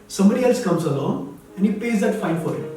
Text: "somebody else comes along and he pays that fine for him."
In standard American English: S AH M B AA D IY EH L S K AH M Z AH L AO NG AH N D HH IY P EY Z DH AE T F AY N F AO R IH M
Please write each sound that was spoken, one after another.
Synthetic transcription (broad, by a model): S AH M B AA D IY EH L S K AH M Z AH L AO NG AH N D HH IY P EY Z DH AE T F AY N F AO R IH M